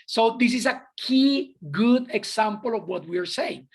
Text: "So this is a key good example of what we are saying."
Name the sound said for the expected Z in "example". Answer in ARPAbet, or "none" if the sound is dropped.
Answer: S